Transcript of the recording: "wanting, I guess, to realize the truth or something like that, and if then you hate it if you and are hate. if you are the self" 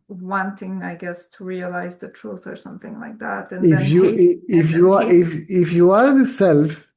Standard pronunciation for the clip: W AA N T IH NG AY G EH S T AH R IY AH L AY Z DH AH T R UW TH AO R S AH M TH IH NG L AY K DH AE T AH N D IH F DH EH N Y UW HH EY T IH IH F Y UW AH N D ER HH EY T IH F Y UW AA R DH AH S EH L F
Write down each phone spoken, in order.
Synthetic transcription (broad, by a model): W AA N T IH NG AY G EH S T AH R IY AH L AY Z DH AH T R UW TH AO R S AH M TH IH NG L AY K DH AE T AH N IH F Y UW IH IH F Y UW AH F IH F Y UW AA R DH AH S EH L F